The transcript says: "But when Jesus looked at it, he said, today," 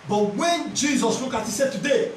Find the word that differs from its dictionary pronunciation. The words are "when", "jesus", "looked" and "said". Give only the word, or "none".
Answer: looked